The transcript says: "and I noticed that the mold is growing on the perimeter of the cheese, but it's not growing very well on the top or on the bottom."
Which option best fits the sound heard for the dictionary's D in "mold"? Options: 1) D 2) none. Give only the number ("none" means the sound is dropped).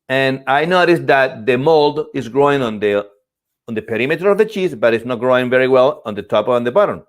1